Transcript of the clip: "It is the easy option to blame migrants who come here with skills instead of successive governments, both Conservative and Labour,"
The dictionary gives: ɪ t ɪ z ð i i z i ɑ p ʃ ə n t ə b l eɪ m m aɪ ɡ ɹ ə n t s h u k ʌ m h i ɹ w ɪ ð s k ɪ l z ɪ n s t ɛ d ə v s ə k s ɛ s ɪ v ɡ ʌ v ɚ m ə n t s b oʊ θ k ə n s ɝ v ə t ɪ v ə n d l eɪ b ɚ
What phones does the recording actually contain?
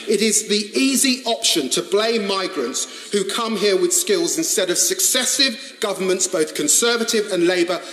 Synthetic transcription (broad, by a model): ɪ t ɪ z ð i i z i ɑ p ʃ ə n t ə b l eɪ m m aɪ ɡ ɹ ə n t s h u k ʌ m h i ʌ w ɪ ð s k ɪ l z ɪ n s t ɛ d ə v s ə k s ɛ s ɪ v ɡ ʌ v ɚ m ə n t s b oʊ θ k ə n s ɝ v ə t ɪ v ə n l eɪ b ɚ